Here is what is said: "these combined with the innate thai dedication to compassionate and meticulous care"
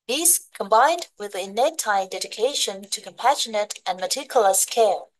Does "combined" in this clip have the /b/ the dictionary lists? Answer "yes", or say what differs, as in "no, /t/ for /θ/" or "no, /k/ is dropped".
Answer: yes